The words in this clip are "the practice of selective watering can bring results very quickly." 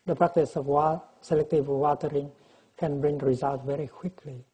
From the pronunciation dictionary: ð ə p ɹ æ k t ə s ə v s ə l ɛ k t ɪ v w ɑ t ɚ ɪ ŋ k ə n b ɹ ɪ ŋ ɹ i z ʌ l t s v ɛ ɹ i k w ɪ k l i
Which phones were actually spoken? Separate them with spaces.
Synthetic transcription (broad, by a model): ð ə p ɹ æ k t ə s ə w s ə l ɛ k t ɪ v w ɑ t ɚ ɪ ŋ k ə n b ɹ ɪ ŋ ɹ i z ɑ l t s v ɛ ɹ i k w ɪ k l i